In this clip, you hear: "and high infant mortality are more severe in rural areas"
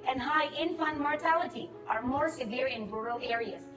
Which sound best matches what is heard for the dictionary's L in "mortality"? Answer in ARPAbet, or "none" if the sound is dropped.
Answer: L